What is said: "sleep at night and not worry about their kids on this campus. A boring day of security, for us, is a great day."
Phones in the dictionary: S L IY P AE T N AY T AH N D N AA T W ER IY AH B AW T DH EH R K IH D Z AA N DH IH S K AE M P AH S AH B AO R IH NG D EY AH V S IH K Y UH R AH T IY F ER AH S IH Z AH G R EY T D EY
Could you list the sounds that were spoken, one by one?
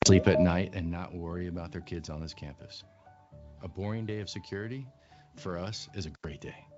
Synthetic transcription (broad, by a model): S L IY P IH T N AY T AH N N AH T W ER IY AH B AW T DH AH R K IH D Z N DH IH S K AE M P AH S AH B AO R IH NG D EY AH V S IH K Y UH R AH T IY F ER AH S IH Z AH G R EY T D EY